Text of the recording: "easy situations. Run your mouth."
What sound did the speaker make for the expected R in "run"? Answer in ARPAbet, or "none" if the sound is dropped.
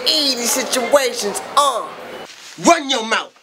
W